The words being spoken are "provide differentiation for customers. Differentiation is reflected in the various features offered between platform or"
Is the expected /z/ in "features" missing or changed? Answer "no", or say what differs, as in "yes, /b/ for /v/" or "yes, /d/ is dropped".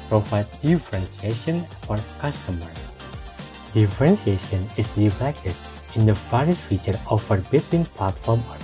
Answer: yes, /z/ is dropped